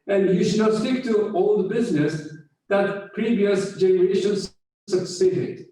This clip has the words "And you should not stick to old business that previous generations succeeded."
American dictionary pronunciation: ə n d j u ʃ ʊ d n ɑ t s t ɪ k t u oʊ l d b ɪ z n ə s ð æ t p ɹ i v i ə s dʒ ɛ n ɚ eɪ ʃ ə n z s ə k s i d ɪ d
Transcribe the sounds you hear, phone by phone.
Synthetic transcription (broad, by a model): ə n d j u ʃ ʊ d n ɑ t s t ɪ k t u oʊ l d b ɪ z n ə s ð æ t p ɹ i v i ə s dʒ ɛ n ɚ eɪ ʃ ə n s s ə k s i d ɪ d